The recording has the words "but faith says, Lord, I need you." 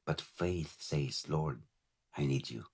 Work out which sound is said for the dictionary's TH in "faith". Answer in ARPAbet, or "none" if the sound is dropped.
TH